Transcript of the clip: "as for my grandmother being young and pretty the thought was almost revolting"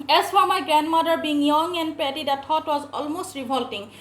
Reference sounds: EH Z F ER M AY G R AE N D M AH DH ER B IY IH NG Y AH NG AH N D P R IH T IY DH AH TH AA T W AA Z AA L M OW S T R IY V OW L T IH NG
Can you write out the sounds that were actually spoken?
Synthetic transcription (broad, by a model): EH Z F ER M AY G R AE N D M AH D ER B IY IH NG Y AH NG AH N D P EH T IY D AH T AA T W AA Z AA L M OW S T R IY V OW L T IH NG